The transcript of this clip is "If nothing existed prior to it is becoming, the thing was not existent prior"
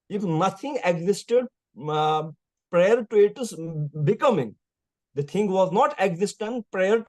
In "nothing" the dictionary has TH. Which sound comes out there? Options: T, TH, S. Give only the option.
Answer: T